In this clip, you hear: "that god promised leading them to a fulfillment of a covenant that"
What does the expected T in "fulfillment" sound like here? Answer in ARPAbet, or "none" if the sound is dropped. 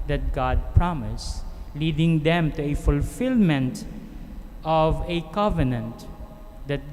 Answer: T